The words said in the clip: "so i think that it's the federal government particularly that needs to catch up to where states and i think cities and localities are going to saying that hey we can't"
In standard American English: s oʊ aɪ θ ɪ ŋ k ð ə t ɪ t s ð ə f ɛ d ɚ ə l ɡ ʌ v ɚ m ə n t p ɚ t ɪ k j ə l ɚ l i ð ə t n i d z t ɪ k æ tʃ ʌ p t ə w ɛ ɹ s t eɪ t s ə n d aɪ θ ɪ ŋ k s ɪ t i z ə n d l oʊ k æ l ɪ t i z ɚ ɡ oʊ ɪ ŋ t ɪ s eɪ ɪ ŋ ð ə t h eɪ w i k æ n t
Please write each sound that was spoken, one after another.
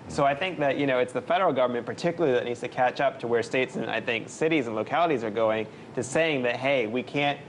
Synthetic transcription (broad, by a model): s oʊ aɪ θ ɪ ŋ k ð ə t ɪ t s ð ə f ɛ d ɚ l ɡ ʌ v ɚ m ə n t p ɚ t ɪ k j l l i ð ə t n i d z t ɪ k æ tʃ ʌ p t ə w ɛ ɹ s t eɪ t s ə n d aɪ θ ɪ ŋ k s ɪ t i z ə n l oʊ k æ l ɪ t i z ɚ ɡ oʊ ɪ ŋ t ɪ s eɪ ɪ ŋ ð ə t h eɪ w i k æ n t